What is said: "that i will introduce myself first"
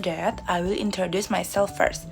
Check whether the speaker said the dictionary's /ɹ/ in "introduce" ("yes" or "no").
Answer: yes